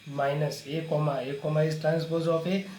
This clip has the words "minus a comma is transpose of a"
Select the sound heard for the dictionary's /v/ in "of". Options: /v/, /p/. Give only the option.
/p/